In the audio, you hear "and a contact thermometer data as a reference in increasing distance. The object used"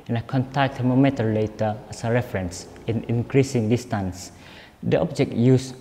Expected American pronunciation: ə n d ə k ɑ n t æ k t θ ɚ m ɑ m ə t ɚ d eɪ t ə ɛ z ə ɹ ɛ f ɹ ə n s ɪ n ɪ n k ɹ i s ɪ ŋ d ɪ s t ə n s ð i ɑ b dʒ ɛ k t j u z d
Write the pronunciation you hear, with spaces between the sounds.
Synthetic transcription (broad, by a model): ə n ə k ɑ n t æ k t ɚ m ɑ m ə t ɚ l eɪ t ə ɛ s ə ɹ ɛ f ɹ ə n s ɪ n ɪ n k ɹ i s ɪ ŋ d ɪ s t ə n s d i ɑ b dʒ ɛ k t j u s